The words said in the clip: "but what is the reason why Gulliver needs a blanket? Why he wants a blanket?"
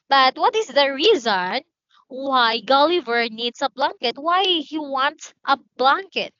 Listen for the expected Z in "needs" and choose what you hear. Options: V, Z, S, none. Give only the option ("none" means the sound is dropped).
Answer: S